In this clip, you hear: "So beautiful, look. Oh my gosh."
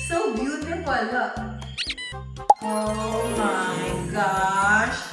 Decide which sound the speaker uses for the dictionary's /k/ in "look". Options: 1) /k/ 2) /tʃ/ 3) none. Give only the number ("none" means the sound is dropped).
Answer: 3